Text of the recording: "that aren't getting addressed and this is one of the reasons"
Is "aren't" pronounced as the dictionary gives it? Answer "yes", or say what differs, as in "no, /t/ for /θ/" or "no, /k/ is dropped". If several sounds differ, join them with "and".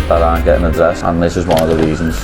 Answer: no, /ɹ/ is dropped